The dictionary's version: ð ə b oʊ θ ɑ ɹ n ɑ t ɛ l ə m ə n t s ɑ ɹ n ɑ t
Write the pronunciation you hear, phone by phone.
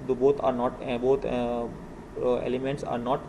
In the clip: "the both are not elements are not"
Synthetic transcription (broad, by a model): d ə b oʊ t ɑ ɹ n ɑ t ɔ l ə m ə n t s ɑ ɹ n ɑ t